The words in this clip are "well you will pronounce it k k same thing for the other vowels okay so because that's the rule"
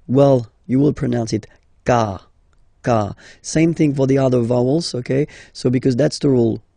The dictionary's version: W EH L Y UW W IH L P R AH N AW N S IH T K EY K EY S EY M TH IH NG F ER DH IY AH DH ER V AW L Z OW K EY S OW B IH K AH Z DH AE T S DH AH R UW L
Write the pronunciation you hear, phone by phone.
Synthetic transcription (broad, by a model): W EH L Y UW W IH L P R AH N AW N S IH T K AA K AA S EY M TH IH NG F ER DH IY AH DH ER V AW L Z OW K EY S OW B IH K AH Z DH AE T S DH AH R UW L